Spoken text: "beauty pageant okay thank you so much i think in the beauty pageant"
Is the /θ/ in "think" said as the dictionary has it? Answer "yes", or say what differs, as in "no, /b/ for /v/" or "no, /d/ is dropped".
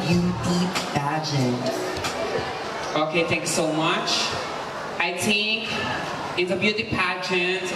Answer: no, /t/ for /θ/